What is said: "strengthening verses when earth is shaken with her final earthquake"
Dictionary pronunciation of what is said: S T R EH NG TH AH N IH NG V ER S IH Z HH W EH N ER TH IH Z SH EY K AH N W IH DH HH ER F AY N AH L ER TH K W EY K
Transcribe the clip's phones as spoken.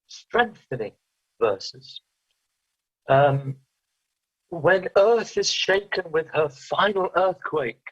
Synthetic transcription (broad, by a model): S T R EH NG TH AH N IH NG V ER S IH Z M W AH N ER TH IH Z SH EY K AH N W IH DH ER F AY N AH L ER TH K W EY K